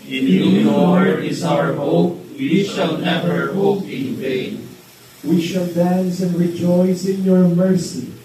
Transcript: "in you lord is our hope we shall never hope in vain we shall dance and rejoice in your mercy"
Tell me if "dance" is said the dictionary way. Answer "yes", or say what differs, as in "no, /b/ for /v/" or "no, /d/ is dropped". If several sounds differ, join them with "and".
yes